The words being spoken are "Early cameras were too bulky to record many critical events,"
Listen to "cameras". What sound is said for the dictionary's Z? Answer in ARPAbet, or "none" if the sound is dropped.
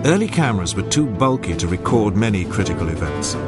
Z